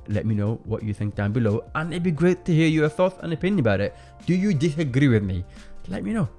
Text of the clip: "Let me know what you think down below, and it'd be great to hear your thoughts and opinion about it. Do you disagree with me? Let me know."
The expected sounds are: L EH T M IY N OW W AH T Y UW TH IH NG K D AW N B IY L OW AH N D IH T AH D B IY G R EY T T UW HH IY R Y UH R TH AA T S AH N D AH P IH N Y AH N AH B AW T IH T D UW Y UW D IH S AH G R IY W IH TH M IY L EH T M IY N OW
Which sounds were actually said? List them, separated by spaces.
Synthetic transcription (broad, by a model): L EH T M IY N OW W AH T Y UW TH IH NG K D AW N B IY L OW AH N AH B IY G R EY T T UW HH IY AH Y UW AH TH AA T AH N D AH P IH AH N AH B AW T IH T D UW Y UW D IH S AH G R IY W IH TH M IY L EH T M IY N OW